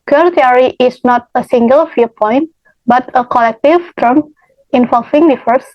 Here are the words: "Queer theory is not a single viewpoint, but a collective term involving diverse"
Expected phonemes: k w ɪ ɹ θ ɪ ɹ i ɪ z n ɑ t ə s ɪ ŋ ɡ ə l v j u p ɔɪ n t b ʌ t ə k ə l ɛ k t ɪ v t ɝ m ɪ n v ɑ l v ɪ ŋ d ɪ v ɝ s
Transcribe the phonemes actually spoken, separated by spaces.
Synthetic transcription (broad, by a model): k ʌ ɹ t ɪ ɹ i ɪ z n ɑ t ə s ɪ ŋ ɡ ə l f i p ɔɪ n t b ʌ t ə k ə l ɛ k t ɪ v t ɝ m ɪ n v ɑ l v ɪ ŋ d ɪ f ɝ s